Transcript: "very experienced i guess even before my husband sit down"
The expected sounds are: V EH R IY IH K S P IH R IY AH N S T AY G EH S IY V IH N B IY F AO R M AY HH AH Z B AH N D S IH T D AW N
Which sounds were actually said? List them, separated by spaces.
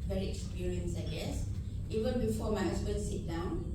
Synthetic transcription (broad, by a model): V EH R IY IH K S P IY R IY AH N S AY G EH S IY V IH N B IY F AO M AY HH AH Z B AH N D S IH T D AW N